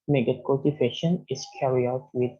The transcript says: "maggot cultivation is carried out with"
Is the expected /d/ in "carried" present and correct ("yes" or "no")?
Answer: no